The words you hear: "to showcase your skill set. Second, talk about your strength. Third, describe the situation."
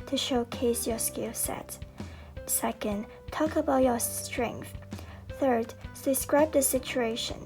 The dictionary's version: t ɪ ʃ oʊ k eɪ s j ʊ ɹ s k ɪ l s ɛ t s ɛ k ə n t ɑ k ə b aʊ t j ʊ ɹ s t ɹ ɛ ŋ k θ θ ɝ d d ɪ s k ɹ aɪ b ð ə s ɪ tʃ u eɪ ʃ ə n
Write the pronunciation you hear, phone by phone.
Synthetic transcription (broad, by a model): t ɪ ʃ oʊ k eɪ s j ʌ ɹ s k ɪ l s ɛ t s ɛ k ə n t ɑ k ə b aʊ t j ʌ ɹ s t ɹ ɛ ŋ k θ θ ɝ d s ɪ s k ɹ aɪ b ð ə s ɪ tʃ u eɪ ʃ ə n